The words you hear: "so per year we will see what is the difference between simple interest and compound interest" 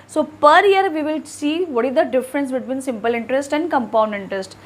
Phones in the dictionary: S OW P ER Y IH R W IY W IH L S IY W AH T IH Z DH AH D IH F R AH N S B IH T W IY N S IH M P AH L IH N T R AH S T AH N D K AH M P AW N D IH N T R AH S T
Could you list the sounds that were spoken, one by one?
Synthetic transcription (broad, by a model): S OW P ER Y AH R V IY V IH L S IY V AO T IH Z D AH D IH F R AH N S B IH T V IY N S IH M P AH L IH N T R AH S T AH N D K AH M P AW N D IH N T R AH S T